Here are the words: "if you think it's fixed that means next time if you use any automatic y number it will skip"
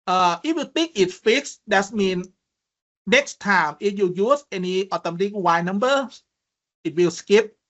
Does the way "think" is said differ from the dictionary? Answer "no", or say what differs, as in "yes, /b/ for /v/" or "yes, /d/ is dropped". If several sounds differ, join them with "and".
yes, /t/ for /θ/